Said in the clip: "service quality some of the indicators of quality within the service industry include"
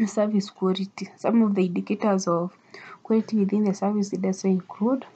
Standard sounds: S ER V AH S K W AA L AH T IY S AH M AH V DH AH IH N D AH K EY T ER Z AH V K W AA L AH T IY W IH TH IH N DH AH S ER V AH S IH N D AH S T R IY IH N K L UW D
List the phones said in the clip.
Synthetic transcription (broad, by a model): S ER V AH S K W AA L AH T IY S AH M AH V DH AH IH N D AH K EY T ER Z AH V K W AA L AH T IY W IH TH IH N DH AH S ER V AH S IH D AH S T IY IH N K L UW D